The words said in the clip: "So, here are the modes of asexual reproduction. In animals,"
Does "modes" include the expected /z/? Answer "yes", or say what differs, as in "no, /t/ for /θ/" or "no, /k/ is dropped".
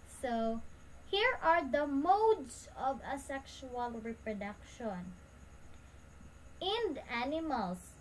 no, /s/ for /z/